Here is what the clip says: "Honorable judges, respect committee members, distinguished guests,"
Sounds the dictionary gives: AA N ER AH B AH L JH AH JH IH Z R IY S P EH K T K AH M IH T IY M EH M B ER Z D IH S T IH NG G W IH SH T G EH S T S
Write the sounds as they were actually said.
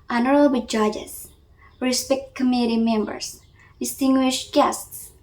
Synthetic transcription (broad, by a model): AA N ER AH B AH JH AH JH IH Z R IY S P EH K T K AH M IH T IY M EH M B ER S D IH S T IH NG G W IH SH T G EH S T S